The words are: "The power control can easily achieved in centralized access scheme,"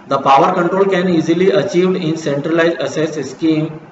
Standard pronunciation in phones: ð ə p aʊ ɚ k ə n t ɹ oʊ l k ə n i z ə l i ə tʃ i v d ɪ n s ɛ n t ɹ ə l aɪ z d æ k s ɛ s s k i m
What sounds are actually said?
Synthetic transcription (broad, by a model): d ə p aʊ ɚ k ə n t ɹ oʊ l k ə n i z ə l i ə tʃ i v d ɪ n s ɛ n t ɹ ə l aɪ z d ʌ s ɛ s s k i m